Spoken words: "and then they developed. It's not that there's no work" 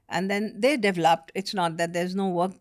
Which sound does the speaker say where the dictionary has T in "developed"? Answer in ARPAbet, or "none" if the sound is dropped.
T